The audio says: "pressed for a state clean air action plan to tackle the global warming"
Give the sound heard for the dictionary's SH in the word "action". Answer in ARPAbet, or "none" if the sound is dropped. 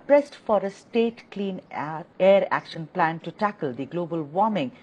SH